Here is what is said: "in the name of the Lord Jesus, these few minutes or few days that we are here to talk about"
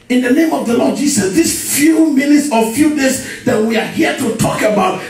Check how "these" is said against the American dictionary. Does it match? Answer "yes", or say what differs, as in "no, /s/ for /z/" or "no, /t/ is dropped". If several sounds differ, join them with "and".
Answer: no, /s/ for /z/